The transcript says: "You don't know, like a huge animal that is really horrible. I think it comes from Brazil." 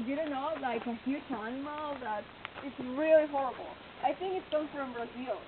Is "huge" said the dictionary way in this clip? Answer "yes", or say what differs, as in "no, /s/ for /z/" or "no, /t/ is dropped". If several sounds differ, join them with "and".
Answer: no, /tʃ/ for /dʒ/